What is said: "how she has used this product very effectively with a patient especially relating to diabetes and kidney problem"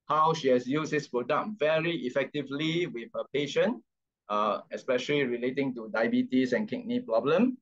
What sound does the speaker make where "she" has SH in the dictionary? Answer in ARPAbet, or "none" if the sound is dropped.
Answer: SH